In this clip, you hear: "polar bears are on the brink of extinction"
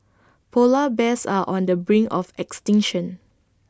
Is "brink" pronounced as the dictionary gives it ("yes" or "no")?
no